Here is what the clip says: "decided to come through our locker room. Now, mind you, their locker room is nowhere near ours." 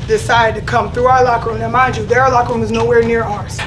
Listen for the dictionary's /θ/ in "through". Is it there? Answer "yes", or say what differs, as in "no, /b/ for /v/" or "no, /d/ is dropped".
yes